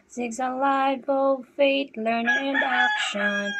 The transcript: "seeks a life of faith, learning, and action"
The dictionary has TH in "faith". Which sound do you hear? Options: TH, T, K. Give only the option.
T